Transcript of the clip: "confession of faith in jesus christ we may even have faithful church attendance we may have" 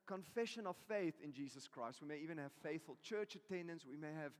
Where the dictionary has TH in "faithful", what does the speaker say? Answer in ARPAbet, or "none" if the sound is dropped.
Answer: TH